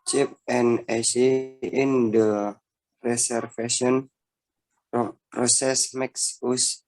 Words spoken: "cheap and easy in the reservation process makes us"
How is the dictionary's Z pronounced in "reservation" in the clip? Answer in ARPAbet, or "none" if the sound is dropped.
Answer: S